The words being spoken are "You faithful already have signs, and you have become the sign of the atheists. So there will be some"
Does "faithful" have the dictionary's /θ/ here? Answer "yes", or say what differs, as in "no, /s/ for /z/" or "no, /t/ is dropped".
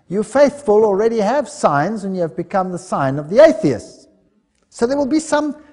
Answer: yes